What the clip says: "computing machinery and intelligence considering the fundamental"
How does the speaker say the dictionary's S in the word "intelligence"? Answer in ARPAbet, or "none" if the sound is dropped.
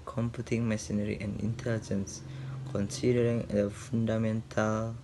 S